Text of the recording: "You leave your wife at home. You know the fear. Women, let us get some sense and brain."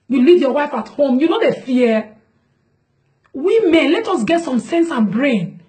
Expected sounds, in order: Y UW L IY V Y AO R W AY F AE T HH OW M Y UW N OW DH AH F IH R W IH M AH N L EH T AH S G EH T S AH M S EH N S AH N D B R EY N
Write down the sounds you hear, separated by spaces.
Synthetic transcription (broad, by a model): Y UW L IY V Y AO W AY F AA T HH OW M Y UW N OW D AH F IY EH W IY M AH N L EH T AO S G EH T S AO M S EH N S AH N B R EY N